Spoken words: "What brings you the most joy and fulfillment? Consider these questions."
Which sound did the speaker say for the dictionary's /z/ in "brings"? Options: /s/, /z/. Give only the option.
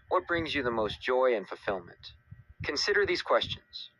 /z/